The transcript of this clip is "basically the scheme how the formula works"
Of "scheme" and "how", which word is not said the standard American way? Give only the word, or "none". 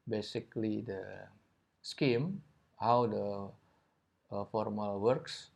none